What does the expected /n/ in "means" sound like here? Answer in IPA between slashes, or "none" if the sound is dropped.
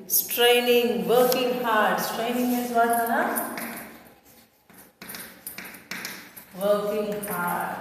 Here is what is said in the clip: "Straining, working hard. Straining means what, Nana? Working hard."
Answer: none